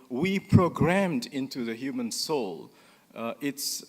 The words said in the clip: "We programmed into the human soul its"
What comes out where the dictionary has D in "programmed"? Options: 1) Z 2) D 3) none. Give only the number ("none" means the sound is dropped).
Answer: 2